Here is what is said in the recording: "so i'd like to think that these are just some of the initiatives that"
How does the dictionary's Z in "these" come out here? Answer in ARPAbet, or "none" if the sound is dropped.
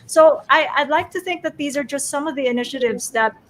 Z